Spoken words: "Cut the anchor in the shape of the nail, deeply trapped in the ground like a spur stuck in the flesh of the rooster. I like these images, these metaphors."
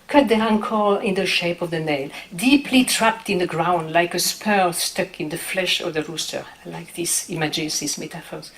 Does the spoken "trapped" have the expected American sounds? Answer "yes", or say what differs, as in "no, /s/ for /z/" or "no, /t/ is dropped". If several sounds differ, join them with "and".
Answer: yes